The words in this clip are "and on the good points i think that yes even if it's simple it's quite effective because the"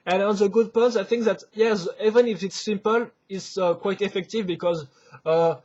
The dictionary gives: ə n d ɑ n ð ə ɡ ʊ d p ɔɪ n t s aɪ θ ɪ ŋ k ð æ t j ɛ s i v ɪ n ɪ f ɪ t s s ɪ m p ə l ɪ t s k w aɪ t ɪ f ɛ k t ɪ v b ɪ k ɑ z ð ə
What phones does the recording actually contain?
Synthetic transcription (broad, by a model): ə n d ɑ n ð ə ɡ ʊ d p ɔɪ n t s aɪ θ ɪ ŋ k ð æ t j ɛ s i v ɪ n ɪ f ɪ t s s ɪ m p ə l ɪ t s k w aɪ t ɪ f ɛ k t ɪ v b ɪ k ɑ z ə